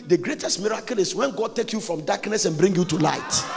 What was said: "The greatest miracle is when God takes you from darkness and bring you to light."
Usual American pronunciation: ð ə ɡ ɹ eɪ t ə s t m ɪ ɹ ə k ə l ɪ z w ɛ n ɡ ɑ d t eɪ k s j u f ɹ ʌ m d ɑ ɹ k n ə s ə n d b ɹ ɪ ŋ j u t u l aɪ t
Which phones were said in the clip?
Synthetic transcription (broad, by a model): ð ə ɡ ɹ eɪ t ə s t m ɪ ɹ ə k ə l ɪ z w ɛ n ɡ ɑ d t eɪ k j u f ɹ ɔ m d ɑ k n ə s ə n b ɹ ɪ ŋ j u t u l aɪ t